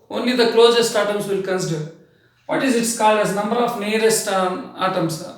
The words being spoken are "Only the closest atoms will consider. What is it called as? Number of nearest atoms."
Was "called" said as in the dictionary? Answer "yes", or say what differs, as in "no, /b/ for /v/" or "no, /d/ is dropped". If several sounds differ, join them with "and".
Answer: yes